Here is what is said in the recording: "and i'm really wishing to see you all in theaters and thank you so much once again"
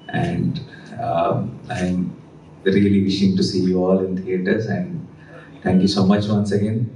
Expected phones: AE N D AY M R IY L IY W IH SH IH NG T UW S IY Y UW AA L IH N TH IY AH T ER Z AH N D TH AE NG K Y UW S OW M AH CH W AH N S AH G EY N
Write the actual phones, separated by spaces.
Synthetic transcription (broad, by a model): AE N D AY M R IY L IY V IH SH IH NG T UW S IY Y UW AA L IH N T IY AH T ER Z AH N D T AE NG K Y UW S OW M AH CH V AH N S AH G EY N